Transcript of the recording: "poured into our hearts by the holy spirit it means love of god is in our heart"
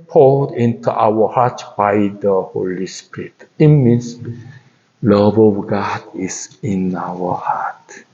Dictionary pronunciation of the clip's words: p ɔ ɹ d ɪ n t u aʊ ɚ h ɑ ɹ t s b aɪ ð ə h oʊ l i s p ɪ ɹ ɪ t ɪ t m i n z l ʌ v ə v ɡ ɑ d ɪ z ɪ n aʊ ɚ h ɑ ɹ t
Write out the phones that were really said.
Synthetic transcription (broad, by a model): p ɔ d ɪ n t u aʊ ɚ h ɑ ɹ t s b aɪ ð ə h oʊ l i s p ɪ ɹ ɪ t ɪ t m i n s l ʌ v ə v ɡ ɑ d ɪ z ɪ n aʊ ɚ h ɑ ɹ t